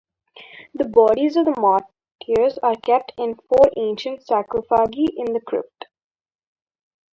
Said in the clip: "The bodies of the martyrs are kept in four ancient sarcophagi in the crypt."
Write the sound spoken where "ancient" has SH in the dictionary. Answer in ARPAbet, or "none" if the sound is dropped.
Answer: SH